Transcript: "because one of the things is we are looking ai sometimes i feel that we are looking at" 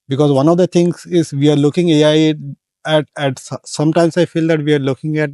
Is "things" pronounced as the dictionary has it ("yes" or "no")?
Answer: no